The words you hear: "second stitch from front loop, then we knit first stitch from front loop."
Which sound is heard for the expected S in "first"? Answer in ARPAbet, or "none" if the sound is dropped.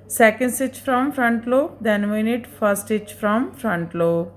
none